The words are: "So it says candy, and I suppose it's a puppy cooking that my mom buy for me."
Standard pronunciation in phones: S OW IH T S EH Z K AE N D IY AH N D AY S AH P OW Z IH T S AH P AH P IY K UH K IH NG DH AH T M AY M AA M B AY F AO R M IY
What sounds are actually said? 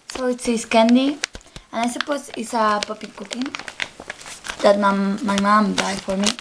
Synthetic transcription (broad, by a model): S OW IH T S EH S K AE N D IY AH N AY S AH P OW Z IH T S AH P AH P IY K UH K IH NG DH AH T M AY M AA M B AY F AO R M IY